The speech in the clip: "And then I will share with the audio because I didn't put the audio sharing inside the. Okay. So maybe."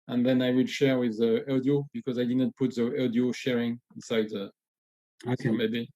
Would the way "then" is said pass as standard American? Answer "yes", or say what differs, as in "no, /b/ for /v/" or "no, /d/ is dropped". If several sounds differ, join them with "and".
yes